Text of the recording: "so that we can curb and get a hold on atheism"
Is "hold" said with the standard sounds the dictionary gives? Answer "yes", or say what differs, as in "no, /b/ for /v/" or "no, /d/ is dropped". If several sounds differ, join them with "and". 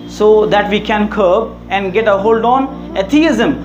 yes